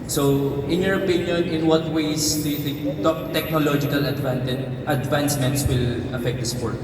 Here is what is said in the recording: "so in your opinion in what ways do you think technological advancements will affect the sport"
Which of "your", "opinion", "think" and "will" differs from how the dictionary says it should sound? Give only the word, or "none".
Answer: think